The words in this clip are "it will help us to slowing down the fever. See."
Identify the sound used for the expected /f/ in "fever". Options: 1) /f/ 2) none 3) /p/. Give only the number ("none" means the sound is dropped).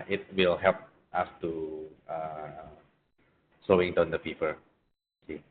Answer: 3